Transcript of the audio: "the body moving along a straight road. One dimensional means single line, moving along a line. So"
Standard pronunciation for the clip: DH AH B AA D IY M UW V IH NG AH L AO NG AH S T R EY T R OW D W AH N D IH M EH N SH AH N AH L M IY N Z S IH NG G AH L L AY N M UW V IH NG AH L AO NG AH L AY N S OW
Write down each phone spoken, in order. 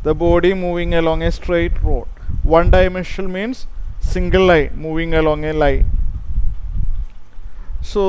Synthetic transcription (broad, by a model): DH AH B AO D IY M UW V IH NG AH L AO NG AH S T R EY T R OW D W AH N D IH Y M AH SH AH L M IY N S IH NG G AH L L AY N M UW V IH NG AH L AO NG AH L AY N S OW